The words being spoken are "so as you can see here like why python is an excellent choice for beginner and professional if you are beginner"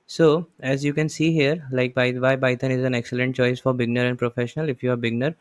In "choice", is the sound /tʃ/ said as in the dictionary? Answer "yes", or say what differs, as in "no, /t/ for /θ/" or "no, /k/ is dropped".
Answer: yes